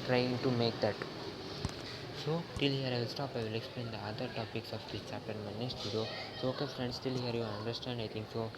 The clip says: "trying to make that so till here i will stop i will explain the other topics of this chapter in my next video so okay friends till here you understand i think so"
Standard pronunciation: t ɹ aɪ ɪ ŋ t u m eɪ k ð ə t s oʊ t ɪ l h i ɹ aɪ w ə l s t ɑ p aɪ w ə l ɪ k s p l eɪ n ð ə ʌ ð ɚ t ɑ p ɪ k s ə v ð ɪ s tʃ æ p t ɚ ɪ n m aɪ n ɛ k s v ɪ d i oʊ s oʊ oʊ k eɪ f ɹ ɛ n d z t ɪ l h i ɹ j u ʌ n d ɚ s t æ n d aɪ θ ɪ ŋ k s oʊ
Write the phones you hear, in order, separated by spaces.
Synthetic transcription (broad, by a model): t ɹ aɪ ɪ ŋ t u m eɪ k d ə t s oʊ t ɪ l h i ɹ aɪ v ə l s t ɑ p aɪ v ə l ɪ k s p l eɪ n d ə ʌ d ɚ t ɑ p ɪ k s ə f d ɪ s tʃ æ p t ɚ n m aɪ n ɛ s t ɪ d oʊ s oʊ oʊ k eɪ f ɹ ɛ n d s t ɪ l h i ɹ j u ʌ n d ɚ s t æ n d aɪ t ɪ ŋ k s oʊ